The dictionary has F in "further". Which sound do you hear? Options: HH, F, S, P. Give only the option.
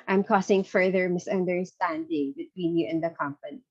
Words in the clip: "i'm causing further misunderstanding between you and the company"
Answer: F